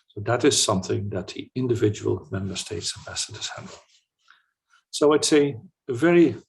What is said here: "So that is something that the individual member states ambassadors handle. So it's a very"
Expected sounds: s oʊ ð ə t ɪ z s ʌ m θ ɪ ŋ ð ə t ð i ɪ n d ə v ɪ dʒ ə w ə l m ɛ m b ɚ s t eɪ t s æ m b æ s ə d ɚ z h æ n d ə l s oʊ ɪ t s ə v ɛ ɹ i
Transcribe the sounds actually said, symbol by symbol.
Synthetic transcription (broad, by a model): s oʊ ð ə t ɪ z s ʌ m θ ɪ ŋ ð ə t ð i ɪ n d ə v ɪ dʒ ə w ə l m ɛ m b ɚ s t eɪ t s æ b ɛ s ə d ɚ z h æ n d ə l s oʊ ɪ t s ə v ɛ ɹ i